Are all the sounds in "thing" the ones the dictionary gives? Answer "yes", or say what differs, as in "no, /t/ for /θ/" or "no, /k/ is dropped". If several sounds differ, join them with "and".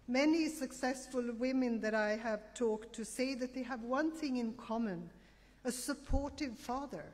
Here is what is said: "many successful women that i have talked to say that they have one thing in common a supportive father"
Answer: yes